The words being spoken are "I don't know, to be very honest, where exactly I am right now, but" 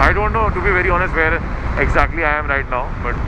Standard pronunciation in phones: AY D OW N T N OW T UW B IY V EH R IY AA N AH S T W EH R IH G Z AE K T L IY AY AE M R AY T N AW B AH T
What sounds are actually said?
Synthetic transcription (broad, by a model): AY D OW N T N OW T UW B IY V EH R IY AA N AH S T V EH R IH G Z AE K T L IY AY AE M R AY T N AW B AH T